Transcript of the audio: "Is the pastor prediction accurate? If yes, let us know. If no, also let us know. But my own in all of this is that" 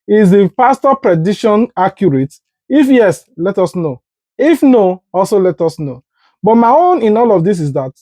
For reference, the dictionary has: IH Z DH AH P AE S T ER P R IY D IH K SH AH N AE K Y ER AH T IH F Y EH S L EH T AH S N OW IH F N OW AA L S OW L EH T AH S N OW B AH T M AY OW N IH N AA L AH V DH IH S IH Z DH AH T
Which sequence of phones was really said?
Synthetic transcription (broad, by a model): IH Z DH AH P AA S T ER P R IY D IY SH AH N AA K Y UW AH T IH F Y EH S L EH T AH S N OW IH F N OW AA L S OW L EH T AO S N OW B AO T M AY OW N IH N AA L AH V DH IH S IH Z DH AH T